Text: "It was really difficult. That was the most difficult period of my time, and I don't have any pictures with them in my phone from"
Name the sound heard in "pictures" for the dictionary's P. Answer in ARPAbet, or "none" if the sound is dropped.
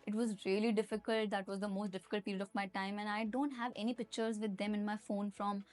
P